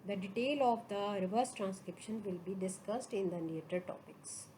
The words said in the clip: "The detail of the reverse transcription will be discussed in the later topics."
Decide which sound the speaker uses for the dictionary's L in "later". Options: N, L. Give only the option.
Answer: N